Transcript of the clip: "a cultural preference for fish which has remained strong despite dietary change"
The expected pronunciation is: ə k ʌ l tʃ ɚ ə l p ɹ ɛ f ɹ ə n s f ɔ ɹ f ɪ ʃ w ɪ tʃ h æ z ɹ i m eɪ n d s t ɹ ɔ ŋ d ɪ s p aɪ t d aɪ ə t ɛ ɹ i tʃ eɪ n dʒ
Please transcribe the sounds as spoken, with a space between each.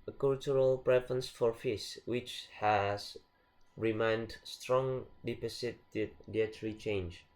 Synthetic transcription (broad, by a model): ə k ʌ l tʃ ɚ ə l p ɹ ɛ f ɹ ə n s f ɔ ɹ f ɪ s w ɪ tʃ h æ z ɹ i m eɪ n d s t ɹ ɔ ŋ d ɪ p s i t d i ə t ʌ ɹ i tʃ eɪ n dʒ